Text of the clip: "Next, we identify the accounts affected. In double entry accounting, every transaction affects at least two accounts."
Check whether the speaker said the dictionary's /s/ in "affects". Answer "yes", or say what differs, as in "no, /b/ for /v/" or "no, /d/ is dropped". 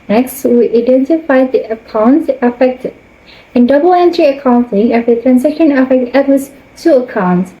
no, /s/ is dropped